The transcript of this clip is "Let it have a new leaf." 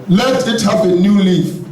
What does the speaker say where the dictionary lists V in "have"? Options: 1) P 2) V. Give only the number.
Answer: 1